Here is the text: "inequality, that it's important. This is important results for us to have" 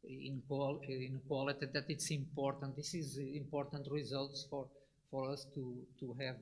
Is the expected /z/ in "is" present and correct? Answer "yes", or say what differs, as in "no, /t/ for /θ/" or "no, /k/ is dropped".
yes